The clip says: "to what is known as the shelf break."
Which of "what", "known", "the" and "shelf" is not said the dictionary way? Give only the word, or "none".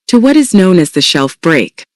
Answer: none